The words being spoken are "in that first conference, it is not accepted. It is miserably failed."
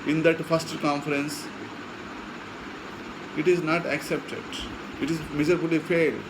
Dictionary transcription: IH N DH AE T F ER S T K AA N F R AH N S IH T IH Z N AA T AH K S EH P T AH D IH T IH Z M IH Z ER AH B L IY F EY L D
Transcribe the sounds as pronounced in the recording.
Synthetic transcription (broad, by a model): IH N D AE T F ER S T K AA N F R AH N S IH T IH Z N AA T AH K S EH P T AH D IH T IH Z M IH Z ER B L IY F EY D